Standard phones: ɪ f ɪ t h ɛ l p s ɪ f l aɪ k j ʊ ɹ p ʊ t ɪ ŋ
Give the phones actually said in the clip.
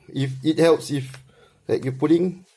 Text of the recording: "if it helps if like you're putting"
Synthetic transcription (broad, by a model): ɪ f ɪ t h ɛ l p s ɪ f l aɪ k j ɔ p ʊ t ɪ ŋ